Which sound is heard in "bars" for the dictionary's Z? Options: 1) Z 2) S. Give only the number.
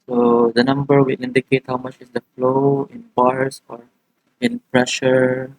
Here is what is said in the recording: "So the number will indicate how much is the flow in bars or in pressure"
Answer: 2